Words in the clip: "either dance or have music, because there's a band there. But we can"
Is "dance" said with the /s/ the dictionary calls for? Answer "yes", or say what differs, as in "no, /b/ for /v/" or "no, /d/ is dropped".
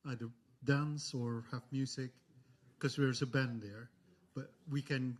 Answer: yes